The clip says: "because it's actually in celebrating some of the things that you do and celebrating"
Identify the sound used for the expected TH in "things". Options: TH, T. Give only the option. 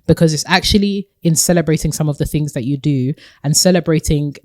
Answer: TH